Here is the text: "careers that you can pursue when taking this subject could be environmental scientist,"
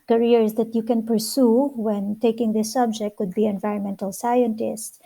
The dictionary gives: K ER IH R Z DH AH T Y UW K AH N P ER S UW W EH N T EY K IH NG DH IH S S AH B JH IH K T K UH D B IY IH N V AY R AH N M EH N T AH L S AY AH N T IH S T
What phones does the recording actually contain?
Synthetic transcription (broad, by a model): K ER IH R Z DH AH T Y UW K AH N P ER S UW W EH N T EY K IH NG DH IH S S AH B JH IH K T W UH D B IY IH N V AY R AH N M EH N T AH L S AY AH N T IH S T